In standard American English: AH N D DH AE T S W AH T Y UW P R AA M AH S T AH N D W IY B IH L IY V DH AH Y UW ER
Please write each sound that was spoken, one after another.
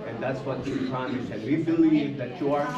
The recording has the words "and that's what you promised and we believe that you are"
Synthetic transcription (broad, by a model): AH N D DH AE T S W AH T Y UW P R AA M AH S AH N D W IY B IH L IY V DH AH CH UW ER